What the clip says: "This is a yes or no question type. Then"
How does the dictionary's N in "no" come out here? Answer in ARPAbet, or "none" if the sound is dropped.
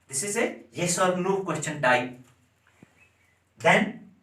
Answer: L